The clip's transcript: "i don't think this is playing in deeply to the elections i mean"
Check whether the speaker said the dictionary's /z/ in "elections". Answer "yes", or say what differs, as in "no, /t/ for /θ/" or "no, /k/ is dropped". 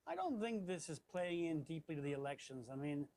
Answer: yes